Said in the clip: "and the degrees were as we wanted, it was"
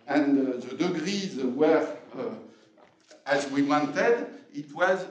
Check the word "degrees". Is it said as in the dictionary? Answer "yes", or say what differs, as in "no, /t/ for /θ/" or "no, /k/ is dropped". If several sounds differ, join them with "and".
yes